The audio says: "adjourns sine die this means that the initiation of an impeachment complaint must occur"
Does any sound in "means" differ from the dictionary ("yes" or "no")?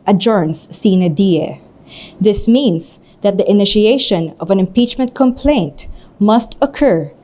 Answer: yes